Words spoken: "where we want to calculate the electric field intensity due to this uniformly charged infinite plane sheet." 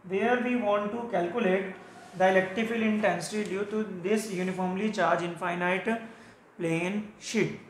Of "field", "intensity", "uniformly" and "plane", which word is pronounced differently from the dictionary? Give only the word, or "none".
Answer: field